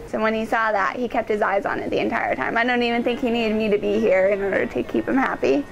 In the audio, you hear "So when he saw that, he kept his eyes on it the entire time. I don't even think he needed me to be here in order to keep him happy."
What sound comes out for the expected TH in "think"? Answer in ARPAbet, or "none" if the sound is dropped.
TH